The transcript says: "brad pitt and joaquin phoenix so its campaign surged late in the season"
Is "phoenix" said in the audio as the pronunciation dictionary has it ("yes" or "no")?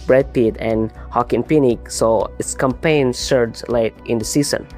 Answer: no